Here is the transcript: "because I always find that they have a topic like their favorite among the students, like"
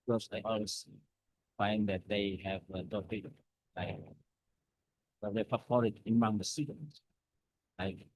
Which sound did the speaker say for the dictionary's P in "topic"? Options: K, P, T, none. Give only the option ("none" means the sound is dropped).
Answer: none